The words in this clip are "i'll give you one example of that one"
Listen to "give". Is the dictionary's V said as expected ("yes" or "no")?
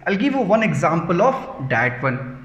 yes